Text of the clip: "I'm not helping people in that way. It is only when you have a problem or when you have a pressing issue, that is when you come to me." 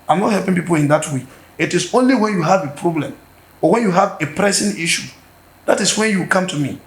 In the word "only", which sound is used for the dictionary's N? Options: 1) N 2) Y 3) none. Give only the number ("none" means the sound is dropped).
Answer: 1